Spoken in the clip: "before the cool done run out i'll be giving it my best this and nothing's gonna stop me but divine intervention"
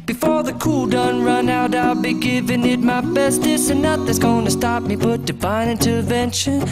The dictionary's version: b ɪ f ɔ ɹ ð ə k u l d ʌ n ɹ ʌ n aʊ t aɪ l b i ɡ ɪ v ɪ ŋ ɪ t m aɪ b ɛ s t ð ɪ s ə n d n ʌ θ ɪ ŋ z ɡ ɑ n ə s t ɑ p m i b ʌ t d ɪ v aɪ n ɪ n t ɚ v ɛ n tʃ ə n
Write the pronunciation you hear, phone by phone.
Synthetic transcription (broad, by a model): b ɪ f ɔ ɹ ð ə k u l d ʌ n ɹ ʌ n aʊ t aɪ l b i ɡ ɪ v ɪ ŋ ɪ t m aɪ b ɛ s t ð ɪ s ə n n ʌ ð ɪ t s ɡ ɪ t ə s t ɑ p m i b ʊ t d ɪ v aɪ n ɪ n t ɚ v ɛ n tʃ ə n